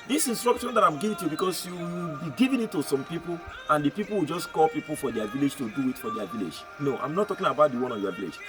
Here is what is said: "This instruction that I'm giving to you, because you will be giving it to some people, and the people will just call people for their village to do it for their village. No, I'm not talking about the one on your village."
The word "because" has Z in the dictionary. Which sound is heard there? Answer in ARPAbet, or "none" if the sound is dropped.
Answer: S